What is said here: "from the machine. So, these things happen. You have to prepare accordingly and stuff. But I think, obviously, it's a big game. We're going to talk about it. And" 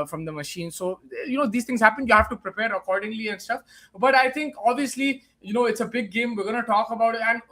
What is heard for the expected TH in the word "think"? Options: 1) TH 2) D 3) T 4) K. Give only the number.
3